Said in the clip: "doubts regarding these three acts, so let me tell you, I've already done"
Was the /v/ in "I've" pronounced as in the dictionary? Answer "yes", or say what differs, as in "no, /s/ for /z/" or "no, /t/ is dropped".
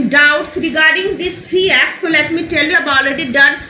no, /b/ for /v/